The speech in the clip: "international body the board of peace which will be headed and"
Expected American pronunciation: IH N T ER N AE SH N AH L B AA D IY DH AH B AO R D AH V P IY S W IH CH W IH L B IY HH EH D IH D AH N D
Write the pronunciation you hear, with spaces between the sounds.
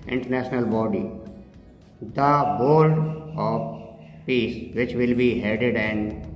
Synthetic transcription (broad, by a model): IH N T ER N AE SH N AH L B AA D IY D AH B AO L D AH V P IY S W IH CH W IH L B IY HH EH D IH D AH N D